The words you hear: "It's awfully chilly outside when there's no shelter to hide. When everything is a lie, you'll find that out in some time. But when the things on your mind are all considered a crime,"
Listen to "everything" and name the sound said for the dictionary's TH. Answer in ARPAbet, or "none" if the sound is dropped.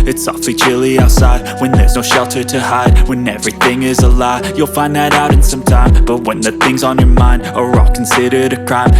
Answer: TH